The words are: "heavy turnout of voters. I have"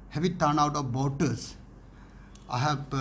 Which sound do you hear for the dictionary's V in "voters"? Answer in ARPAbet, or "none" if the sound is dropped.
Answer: B